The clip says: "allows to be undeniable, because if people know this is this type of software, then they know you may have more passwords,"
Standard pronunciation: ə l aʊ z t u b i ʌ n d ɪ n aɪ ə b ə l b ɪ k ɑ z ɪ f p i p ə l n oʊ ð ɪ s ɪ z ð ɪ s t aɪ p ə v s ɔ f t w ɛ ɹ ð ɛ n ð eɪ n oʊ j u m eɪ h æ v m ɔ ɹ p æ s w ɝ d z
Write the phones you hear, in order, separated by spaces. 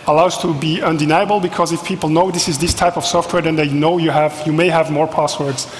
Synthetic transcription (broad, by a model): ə l aʊ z t u b i ʌ n d ɪ n aɪ ə b ə l b ɪ k ɑ z ɪ f p i p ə l n oʊ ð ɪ s ɪ z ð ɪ s t aɪ p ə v s ɔ f t w ɛ ɹ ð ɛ n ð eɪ n oʊ j u m eɪ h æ v m ɔ ɹ p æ s w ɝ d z